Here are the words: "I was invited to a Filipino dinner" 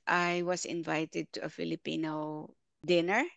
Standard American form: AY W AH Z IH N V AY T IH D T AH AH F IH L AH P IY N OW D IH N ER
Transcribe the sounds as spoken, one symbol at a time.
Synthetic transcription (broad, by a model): AY W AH S IH N V AY T IH D T AH AH F IH L AH P IY N OW D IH N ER